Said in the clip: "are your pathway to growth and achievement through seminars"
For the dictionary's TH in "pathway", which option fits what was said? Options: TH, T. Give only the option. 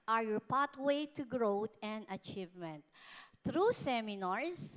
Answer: T